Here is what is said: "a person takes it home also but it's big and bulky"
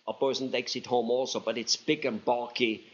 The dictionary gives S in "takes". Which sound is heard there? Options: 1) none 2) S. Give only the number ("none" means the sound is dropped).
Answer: 2